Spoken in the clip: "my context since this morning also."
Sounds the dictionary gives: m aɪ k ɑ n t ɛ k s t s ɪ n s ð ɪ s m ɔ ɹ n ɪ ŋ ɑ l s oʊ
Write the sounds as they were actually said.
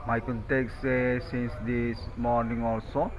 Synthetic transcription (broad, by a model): m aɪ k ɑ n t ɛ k s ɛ s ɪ n s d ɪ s m ɔ ɹ n ɪ ŋ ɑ l s oʊ